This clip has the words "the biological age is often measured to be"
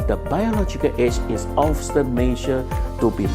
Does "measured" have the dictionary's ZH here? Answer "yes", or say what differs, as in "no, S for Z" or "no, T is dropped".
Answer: no, SH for ZH